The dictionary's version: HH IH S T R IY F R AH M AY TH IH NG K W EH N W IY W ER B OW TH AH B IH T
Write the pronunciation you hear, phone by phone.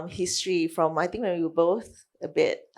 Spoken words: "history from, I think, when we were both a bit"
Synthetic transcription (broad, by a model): HH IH S T R IY F R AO M AY T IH NG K W EH N W IY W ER B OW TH AH B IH T